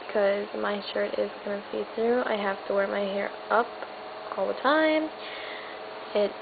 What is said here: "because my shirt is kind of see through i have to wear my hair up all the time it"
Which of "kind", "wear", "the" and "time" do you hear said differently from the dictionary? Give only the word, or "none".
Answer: kind